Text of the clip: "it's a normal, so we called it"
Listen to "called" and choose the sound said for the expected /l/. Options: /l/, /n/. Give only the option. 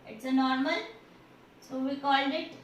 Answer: /l/